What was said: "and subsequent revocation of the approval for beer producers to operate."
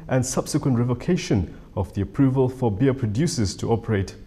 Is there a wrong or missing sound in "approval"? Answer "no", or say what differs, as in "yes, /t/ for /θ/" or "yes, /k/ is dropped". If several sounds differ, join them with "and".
no